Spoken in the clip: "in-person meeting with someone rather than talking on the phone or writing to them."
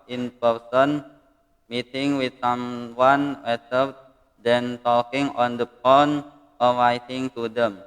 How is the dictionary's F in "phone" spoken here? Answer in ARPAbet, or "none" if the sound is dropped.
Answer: P